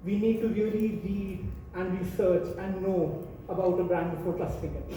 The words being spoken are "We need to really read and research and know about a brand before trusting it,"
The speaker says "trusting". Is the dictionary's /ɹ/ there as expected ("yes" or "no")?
no